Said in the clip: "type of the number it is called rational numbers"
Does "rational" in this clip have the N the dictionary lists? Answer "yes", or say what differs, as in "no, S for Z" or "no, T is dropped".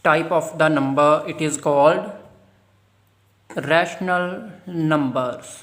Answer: yes